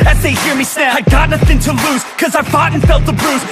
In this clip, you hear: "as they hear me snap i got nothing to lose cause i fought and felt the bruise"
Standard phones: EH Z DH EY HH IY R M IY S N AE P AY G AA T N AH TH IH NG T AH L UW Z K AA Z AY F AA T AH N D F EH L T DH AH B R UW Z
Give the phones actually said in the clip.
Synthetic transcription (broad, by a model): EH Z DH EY HH IY R M IY S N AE AY G AA T N AH TH IH NG T AH L UW Z K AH Z AY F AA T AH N F EH L T DH AH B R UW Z